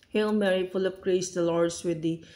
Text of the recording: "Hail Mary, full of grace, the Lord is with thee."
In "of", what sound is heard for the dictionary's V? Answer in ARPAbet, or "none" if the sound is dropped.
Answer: P